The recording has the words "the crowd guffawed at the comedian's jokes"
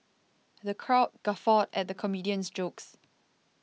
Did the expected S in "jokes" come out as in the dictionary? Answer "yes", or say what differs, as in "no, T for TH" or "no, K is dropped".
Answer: yes